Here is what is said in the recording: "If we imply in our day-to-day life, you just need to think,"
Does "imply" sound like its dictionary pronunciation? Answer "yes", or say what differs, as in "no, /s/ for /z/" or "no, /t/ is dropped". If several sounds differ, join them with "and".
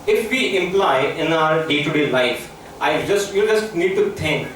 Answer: yes